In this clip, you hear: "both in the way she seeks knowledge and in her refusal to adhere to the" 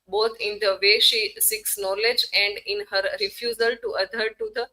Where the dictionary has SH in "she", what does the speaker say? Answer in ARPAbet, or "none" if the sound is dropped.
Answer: SH